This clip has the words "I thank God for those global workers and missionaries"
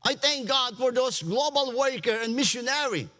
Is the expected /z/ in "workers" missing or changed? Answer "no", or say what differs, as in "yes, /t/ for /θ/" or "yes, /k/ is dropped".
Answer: yes, /z/ is dropped